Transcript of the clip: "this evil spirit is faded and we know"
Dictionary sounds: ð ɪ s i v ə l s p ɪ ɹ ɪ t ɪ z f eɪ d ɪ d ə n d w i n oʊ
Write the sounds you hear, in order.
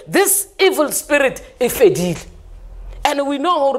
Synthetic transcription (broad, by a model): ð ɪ s i v ə l s p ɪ ɹ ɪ t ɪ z f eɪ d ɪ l ə n d w i n oʊ